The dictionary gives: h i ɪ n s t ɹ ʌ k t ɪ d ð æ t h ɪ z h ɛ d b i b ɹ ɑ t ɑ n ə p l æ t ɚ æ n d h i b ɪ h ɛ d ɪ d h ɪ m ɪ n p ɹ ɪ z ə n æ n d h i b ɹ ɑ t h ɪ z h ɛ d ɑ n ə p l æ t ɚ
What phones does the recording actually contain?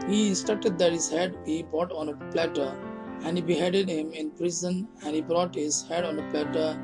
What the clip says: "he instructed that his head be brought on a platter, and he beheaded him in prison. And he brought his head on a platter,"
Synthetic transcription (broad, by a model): h i s t ʌ t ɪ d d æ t h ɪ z h ɛ d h i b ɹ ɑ t ɑ n ə p l æ t ɚ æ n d h i b ɪ h ɛ d ɪ d h ɪ m ɪ n p ɹ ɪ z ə n æ n d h i b ɹ ɑ t h ɪ z h ɛ d ɑ n ə p l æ t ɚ